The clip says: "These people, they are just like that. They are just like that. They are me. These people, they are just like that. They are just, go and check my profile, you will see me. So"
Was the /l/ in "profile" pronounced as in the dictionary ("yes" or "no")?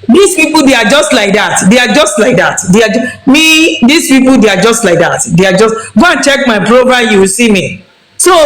no